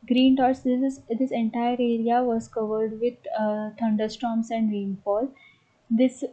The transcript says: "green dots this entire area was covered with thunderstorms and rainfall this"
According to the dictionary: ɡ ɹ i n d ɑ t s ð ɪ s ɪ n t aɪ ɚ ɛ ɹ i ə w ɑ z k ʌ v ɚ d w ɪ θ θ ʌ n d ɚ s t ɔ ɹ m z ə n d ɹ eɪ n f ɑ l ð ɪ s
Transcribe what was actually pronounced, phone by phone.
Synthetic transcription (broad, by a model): ɡ ɹ i n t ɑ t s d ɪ s ɪ n t aɪ ɚ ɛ ɹ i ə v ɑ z k ʌ v ɚ d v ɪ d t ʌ n d ɚ s t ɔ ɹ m s ə n d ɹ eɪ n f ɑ l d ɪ s